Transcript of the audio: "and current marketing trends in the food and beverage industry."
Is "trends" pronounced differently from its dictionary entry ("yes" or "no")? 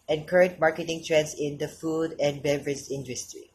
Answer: yes